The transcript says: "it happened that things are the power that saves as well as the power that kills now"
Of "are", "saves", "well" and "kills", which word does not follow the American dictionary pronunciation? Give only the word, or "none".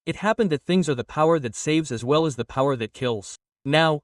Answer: none